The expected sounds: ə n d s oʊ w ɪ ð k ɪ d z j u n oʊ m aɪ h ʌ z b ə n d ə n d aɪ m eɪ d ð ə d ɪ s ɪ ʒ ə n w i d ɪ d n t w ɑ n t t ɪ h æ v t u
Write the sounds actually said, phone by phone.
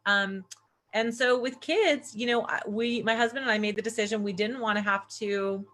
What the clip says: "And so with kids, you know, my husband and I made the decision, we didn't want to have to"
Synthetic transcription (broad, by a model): ə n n s oʊ w ɪ ð k ɪ d z j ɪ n oʊ m aɪ h ʌ z b ə n d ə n aɪ m eɪ d ð ə d ɪ s ɪ ʒ ə n w i d ɪ d n t w ɑ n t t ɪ h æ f t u